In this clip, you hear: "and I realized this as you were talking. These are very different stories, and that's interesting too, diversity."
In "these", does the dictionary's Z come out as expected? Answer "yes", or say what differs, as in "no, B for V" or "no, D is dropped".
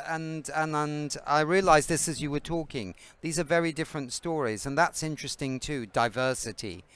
yes